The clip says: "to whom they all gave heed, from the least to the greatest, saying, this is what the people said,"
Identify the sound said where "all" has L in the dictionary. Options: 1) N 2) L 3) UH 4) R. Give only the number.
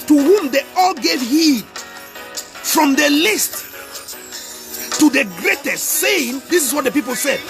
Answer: 2